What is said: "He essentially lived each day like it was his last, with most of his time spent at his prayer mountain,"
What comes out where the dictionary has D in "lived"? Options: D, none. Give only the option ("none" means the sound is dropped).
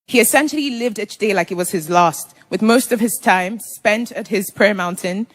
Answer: D